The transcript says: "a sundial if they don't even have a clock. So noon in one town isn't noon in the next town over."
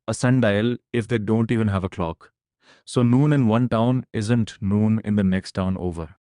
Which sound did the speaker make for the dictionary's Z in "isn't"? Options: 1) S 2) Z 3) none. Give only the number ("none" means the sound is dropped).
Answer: 2